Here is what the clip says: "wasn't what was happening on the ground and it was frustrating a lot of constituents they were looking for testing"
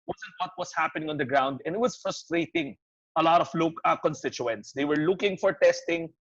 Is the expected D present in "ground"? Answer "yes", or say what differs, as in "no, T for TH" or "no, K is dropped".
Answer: yes